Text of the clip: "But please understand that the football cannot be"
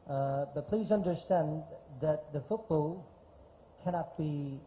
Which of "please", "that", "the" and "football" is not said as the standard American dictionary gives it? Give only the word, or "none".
none